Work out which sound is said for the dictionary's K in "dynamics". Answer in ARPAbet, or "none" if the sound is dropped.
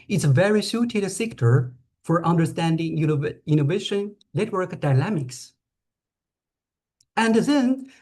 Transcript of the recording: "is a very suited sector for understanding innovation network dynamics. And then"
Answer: K